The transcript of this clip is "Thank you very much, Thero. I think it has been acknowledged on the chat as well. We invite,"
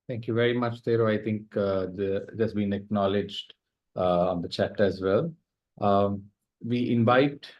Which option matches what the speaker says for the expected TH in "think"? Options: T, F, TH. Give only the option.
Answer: T